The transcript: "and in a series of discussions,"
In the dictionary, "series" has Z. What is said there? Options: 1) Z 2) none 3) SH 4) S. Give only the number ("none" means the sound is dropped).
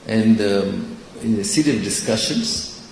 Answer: 2